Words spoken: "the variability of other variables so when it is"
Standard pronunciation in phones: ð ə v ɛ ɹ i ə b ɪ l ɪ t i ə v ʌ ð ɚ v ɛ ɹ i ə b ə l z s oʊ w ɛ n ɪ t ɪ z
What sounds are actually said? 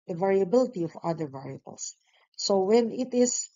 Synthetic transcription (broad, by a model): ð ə v ɛ ɹ i ə b ɪ l ɪ t i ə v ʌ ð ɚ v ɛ ɹ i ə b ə l s oʊ w ɛ n ɪ t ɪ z